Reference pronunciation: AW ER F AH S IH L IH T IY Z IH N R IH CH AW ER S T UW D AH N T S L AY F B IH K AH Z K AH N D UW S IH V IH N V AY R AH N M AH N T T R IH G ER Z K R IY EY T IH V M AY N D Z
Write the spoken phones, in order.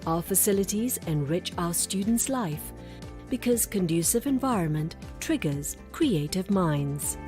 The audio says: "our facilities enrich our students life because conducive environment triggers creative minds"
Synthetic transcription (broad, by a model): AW ER F AH S IH L IH T IY Z IH N R IH CH AW ER S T UW D N T S L AY F B IH K AH Z K AH N D UW S IH V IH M V AY R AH N M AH N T T R IH G ER Z K R IY EY T IH V M AY N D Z